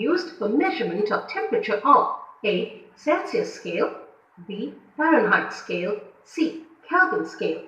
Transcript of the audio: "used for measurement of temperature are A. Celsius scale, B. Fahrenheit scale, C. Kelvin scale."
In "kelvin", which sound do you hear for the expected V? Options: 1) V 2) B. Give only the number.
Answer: 2